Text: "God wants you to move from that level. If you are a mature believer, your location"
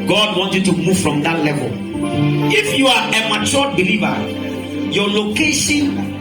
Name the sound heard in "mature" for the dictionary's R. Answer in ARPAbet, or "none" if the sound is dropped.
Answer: L